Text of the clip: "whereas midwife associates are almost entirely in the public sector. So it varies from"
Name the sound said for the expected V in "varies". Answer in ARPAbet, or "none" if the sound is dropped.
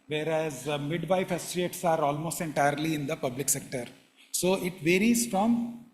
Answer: V